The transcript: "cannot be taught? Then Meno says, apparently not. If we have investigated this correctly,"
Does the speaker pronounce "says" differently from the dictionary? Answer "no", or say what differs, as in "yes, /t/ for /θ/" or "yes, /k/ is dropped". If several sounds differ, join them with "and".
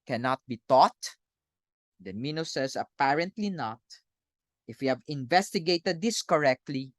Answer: yes, /s/ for /z/